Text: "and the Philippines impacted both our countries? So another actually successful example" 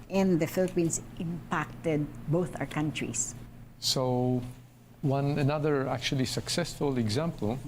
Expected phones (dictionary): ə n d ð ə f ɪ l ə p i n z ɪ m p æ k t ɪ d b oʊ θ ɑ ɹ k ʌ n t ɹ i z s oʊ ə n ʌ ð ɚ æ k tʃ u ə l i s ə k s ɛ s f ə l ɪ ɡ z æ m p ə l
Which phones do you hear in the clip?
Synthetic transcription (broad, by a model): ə n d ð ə f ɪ l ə p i n s ɪ m p æ k t ɪ d b oʊ θ ɑ ɹ k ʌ n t ɹ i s s oʊ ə n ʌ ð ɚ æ k tʃ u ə l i s ə k s ɛ s f ə l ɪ ɡ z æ m p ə l